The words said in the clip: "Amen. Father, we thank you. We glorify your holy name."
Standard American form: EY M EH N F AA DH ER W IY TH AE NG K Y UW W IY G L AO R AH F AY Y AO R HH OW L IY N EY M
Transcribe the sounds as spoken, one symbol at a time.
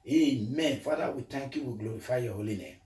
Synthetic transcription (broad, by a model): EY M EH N F AA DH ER W IY T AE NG K Y UW W IY G L AO R AH F AY Y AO HH OW L IY N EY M